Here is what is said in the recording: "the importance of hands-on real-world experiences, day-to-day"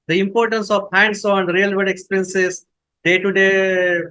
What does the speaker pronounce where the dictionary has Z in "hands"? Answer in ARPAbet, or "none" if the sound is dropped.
S